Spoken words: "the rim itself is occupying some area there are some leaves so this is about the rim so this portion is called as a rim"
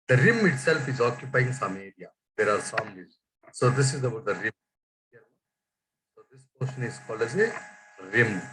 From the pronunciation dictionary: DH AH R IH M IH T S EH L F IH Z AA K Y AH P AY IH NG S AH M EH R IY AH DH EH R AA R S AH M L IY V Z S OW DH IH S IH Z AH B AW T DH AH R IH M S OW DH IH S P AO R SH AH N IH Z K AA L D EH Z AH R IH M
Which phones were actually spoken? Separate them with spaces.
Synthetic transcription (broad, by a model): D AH R IH M IH T S EH L F IH Z AA K Y AH P AY IH NG S AH M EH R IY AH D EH R AA R S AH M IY Z S OW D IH S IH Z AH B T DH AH R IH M S OW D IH S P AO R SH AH N IH Z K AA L EH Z AH R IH M